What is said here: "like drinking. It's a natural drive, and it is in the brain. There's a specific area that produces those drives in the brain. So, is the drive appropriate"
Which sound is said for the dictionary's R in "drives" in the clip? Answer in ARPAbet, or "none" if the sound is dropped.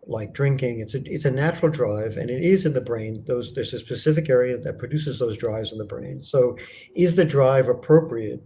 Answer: R